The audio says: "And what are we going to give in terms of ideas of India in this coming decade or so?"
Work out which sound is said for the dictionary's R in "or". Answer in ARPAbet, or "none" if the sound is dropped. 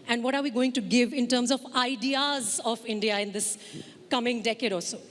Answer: L